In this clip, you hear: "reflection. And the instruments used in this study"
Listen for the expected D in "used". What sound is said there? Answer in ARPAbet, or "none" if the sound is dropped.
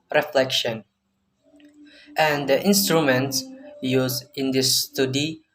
none